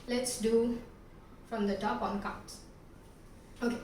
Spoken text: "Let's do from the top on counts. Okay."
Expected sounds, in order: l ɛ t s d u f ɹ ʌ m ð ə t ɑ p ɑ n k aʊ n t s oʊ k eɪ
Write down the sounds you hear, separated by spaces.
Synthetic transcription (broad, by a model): l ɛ t s d u f ɹ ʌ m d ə t ɑ p ɑ n k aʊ t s oʊ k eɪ